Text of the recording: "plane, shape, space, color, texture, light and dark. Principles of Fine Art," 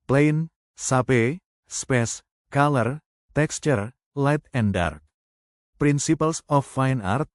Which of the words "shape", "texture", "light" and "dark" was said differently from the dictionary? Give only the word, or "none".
shape